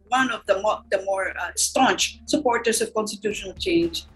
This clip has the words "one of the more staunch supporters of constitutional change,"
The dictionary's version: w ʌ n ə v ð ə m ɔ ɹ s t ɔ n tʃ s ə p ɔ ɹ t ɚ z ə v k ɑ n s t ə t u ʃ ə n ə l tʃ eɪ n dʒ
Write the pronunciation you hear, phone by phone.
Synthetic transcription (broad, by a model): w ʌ n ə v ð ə m ɔ ɹ s t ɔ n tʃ s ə p ɔ ɹ t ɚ s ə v k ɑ n s t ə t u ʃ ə n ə l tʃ eɪ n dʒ